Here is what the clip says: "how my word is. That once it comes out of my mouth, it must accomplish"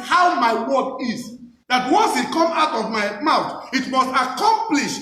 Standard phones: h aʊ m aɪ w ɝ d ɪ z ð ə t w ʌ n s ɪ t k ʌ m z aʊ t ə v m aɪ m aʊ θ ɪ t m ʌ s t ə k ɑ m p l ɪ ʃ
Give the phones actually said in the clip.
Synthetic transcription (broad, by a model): h aʊ m aɪ w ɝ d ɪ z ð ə t w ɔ n s ɪ t k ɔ m aʊ t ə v m aɪ m aʊ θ ɪ t m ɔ s t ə k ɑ m p l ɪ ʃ